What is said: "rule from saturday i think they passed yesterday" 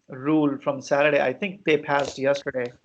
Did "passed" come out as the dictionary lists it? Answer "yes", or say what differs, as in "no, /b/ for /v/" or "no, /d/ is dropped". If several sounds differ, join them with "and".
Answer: yes